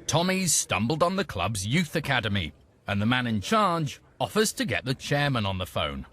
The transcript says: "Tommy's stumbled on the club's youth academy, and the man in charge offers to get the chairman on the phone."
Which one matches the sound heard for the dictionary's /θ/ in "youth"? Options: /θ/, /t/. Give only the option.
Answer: /θ/